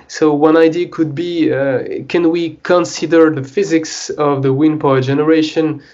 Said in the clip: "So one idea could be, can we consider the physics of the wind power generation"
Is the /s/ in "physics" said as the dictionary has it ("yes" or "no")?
yes